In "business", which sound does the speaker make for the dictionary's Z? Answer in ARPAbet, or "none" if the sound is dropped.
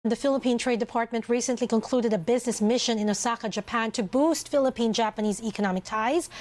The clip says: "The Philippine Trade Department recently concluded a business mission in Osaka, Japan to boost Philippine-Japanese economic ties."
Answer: Z